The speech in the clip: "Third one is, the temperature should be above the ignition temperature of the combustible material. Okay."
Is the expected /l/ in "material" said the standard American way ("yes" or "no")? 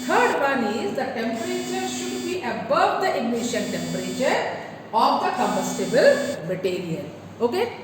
no